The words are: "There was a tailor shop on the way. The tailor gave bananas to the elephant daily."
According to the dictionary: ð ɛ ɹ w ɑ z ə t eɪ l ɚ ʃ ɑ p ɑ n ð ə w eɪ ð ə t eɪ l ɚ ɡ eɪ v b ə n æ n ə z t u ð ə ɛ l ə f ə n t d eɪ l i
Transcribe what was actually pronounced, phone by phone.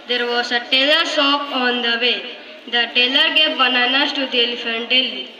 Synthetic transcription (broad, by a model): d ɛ ɹ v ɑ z ə t eɪ l ɚ s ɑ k ɑ n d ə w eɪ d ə t eɪ l ɚ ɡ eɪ p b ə n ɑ n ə s t u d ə l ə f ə n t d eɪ l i